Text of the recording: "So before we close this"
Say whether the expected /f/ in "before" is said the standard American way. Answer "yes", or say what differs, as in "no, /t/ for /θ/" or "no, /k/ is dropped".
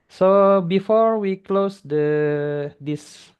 yes